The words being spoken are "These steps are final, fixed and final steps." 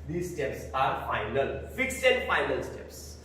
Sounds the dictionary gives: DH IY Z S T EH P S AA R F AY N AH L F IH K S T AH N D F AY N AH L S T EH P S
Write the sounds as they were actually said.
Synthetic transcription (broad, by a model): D IY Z S T EH P S AA R F AY N AH L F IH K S AH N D F AY N AH L S T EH P S